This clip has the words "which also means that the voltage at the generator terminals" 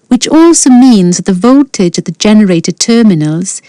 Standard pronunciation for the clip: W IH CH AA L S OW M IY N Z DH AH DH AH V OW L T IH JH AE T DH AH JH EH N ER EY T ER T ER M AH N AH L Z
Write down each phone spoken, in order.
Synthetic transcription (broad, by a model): W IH CH AA L S OW M IY N Z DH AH DH AH V OW L T IH JH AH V DH AH JH EH N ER EY T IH T ER M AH N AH L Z